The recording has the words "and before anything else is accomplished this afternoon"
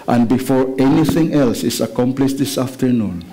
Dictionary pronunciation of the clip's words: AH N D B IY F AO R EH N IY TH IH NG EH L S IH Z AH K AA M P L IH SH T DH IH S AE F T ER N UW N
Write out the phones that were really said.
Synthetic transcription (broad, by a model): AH N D B IY F AO R EH N IY TH IH NG EH L S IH S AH K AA M P L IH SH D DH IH S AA F T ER N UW N